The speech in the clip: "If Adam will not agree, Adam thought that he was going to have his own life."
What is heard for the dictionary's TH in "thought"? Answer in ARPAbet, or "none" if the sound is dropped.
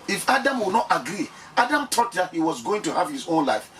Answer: T